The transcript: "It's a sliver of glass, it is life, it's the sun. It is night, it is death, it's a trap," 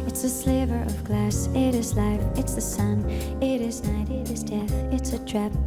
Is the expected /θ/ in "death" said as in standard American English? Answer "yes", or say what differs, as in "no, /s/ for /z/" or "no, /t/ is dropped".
yes